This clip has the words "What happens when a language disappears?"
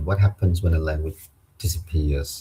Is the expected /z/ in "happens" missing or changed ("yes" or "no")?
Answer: no